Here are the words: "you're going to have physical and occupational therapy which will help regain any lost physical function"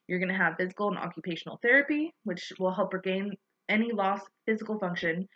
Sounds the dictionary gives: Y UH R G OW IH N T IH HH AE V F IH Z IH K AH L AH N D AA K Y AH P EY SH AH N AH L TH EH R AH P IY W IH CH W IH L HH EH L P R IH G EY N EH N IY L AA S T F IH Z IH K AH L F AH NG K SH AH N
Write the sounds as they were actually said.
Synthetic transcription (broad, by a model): Y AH R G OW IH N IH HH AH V F IH Z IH K L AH N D AA K Y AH P EY SH N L TH EH R AH P IY W IH CH W IH L HH EH L P R G EY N EH N IY L AA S F IH Z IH K L F AH NG K SH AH N